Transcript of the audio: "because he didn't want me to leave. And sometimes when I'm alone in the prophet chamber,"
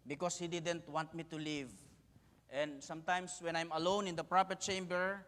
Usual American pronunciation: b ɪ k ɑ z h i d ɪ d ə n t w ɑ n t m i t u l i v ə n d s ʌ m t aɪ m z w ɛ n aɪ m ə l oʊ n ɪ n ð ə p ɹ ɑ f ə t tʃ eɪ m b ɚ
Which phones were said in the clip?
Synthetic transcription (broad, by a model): b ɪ k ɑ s h i d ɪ d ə n t w ɑ n t m i t u l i v ə n d s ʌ m t aɪ m s w ɛ n aɪ m ə l oʊ n ɪ n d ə p ɹ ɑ p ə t tʃ eɪ m b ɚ